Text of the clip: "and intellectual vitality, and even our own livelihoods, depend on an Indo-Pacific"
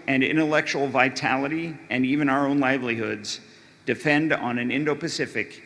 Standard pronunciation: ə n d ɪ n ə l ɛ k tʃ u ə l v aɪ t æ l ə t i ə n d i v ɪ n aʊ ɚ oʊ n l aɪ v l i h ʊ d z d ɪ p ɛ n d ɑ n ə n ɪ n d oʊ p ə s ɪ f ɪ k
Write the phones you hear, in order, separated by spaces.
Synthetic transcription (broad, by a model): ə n ɪ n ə l ɛ k tʃ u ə l v aɪ t æ l ə t i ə n i v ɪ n aʊ ɚ oʊ n l aɪ v l i h ʊ d z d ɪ f ɛ n d n ə n ɪ n d oʊ p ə s ɪ f ɪ k